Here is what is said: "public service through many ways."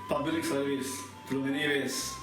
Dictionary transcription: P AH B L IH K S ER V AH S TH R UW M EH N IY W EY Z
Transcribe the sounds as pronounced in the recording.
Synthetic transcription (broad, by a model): P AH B L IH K S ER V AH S T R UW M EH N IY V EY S